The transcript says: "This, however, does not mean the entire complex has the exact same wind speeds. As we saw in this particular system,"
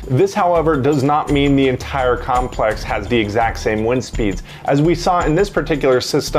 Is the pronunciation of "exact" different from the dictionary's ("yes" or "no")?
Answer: no